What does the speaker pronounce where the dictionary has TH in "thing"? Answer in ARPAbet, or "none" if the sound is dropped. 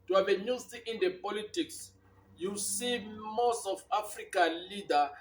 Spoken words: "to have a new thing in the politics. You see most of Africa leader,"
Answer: T